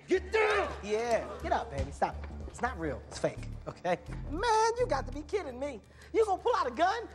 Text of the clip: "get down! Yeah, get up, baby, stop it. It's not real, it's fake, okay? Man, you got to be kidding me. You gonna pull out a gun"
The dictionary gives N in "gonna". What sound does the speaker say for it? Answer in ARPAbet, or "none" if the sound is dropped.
none